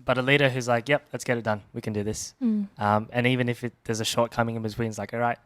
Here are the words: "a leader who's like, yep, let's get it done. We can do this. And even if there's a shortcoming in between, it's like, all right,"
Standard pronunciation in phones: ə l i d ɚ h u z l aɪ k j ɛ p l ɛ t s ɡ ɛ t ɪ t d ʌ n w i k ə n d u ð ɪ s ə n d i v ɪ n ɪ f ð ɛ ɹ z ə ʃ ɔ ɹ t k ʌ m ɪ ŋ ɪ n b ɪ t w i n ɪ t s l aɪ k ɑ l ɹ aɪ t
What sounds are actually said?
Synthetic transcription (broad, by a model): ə l i d ɚ h u z l aɪ k j ɛ p l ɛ t s ɡ ɛ t ɪ t d ʌ n w i k ə n d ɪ ð ɪ s ə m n i v ɪ n ɪ f ð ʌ ɹ z ə ʃ ɔ ɹ t k ʌ m ɪ ŋ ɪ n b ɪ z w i n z l aɪ k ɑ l ɹ aɪ t